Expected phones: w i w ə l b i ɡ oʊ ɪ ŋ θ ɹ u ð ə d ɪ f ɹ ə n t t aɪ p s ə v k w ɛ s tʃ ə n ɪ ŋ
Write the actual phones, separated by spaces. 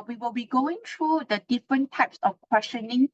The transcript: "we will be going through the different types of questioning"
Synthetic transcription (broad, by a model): w i w ə l b i ɡ oʊ ɪ ŋ t ɹ u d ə d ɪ f ɹ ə n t t aɪ p s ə f k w ɛ s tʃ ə n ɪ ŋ